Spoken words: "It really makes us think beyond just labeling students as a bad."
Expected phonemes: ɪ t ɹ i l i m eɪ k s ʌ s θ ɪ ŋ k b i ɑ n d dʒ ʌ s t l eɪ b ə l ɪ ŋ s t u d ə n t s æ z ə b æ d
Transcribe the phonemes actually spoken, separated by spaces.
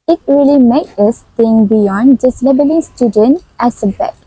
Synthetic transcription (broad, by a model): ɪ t ɹ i l i m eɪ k ʌ s t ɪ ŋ b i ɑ n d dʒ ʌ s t l eɪ b ə l ɪ ŋ s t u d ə n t æ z ə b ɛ